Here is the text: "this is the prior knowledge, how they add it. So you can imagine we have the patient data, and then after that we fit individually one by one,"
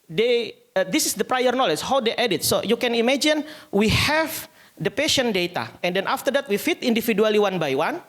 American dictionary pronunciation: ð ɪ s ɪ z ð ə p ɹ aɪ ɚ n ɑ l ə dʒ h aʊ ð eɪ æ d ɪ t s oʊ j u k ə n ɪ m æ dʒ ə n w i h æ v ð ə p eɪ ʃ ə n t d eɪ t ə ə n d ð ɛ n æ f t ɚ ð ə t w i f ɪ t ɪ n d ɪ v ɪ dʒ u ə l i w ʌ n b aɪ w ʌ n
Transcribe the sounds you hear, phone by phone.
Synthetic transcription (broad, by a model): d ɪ s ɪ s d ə p ɹ aɪ ɚ n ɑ l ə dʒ h aʊ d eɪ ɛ d ɪ t s oʊ j u k ə n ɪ m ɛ dʒ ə n w i h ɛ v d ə p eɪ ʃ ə n d eɪ t ə ə n d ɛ n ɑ f t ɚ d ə t w i f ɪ t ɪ n d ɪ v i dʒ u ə l i w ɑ n b aɪ w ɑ n